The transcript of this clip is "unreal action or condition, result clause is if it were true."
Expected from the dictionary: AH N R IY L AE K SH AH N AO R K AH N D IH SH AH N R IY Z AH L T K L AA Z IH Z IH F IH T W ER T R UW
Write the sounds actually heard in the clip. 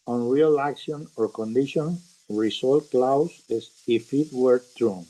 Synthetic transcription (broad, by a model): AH N R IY L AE K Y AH N AO R K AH N D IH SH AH N R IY S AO L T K L AA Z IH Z IH F IH T W ER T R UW